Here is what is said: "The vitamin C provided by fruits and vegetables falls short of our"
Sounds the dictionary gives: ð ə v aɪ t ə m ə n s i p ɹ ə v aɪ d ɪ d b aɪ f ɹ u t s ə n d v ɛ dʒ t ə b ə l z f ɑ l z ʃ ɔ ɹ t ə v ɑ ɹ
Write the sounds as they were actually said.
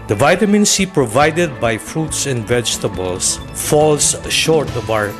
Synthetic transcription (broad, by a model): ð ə v aɪ t ə m ə n s i p ɹ ə v aɪ d ɪ d b aɪ f ɹ u t s ə n d v ɛ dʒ t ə b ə l s f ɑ l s ʃ ɔ ɹ t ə b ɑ ɹ